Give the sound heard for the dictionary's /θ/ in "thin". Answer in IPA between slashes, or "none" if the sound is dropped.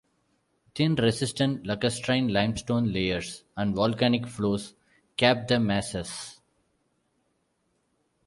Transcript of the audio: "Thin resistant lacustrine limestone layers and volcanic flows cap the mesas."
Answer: /t/